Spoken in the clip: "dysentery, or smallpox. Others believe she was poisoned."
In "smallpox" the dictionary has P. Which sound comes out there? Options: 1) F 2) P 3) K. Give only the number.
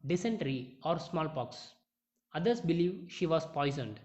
2